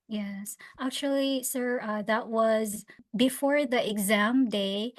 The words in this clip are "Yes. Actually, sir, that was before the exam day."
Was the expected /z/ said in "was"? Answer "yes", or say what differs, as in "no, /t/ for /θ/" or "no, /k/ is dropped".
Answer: yes